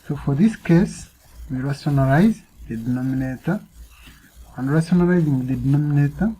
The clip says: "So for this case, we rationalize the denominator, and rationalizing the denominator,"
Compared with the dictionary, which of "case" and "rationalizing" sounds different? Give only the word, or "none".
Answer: rationalizing